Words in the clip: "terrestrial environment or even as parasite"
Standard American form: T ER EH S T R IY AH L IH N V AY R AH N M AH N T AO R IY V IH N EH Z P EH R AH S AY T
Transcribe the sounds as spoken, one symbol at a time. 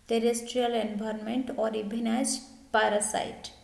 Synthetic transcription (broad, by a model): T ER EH S T R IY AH L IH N B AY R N M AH N T AO R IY B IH N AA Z P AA R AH S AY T